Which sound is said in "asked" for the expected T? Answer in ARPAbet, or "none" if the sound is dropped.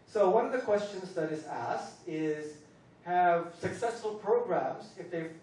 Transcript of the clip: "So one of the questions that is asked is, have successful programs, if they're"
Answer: T